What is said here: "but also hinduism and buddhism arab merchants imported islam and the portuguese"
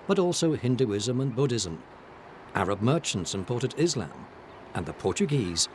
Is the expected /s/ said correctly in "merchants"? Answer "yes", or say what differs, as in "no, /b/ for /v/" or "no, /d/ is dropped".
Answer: yes